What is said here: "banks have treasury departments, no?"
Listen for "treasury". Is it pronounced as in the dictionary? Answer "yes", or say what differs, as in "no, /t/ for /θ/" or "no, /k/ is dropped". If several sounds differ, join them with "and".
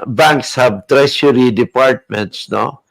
no, /ʃ/ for /ʒ/